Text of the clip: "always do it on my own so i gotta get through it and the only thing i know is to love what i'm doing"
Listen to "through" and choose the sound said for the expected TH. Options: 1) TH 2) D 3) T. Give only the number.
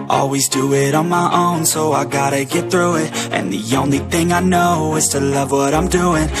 1